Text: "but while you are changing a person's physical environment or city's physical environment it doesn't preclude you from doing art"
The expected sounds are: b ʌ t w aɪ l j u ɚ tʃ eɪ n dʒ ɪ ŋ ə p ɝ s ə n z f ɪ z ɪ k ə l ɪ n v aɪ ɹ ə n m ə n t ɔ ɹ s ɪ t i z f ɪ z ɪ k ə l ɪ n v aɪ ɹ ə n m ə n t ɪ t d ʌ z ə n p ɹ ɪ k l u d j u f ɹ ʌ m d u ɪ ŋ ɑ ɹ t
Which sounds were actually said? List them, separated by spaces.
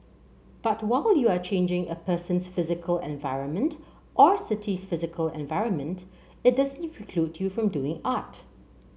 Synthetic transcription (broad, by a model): b ʌ t w aɪ l j u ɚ tʃ eɪ n dʒ ɪ ŋ ə p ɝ s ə n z f ɪ z ɪ k ə l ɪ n v aɪ ɹ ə n m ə n t ɔ ɹ s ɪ t i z f ɪ z ɪ k ə l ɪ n v aɪ ɹ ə n m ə n t ɪ t d ʌ z ə n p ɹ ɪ k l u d j u f ɹ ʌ m d u ɪ ŋ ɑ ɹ t